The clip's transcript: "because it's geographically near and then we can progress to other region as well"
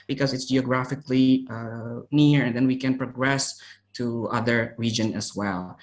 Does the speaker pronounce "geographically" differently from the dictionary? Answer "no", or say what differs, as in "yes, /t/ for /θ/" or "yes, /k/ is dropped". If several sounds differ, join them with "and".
no